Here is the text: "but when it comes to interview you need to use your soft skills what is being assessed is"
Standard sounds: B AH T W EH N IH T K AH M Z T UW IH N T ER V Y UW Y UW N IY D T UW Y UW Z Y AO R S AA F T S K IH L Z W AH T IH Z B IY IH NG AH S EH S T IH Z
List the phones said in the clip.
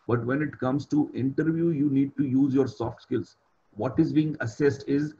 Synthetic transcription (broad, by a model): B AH T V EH N IH T K AH M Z T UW IH N T ER V Y UW Y UW N IY D T UW Y UW Z Y AO R S AA F T S K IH L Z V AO T IH Z B IY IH NG AH S EH S T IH Z